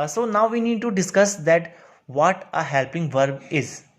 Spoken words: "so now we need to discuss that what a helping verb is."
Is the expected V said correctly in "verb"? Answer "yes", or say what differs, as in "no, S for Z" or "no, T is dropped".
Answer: yes